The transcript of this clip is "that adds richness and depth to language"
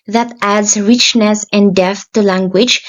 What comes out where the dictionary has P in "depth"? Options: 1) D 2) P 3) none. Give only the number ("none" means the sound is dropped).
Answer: 3